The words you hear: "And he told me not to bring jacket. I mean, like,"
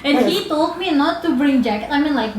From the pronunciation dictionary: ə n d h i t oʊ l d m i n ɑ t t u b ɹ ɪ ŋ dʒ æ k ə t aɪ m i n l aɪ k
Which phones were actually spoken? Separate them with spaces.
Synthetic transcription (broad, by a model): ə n h i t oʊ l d m i n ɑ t t u b ɹ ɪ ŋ dʒ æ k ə ɪ m i n l aɪ k